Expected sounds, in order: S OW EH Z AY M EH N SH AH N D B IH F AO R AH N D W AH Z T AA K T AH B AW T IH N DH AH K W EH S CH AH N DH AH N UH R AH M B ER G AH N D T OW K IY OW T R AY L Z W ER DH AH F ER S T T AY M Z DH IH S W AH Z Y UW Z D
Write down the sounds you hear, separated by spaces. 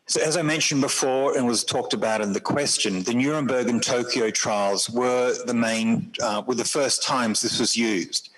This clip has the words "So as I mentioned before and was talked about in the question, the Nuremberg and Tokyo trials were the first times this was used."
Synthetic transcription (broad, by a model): S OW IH Z AY M EH N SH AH N B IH F AO R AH N W AH Z T AA K T AH B AW T IH N DH AH K W EH S CH AH N DH AH N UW R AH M B ER G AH N T OW K IY OW T R AY L Z W ER DH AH F ER S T T AY M Z DH IH S W AH Z Y UW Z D